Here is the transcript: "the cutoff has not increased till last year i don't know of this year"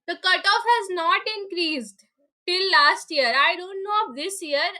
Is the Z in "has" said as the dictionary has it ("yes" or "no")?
yes